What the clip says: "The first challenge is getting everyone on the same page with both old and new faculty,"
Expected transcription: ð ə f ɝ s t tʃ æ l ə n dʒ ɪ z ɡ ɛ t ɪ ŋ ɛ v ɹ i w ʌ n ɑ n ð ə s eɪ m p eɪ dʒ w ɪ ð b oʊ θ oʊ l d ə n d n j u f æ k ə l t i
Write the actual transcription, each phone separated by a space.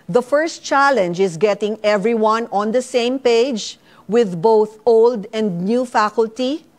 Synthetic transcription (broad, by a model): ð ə f ɝ s t tʃ æ l ə n dʒ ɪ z ɡ ɛ t ɪ ŋ ɛ v ɹ i w ʌ n ɑ n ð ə s eɪ m p eɪ dʒ w ɪ ð b oʊ θ oʊ l d ə n d n j u f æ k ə l t i